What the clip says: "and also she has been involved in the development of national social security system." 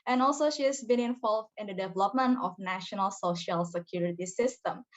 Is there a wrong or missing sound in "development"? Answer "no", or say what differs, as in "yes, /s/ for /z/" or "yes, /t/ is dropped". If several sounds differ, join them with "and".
no